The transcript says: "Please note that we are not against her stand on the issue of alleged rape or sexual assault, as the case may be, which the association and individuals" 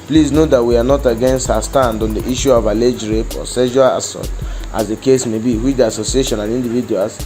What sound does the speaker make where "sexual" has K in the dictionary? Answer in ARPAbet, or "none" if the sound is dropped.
none